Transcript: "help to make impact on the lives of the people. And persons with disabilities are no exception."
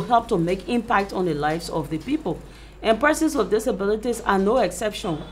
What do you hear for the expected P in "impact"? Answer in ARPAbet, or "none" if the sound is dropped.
P